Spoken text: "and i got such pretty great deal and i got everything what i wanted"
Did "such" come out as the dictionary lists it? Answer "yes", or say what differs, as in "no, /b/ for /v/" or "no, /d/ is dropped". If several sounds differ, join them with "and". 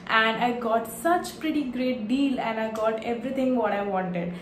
yes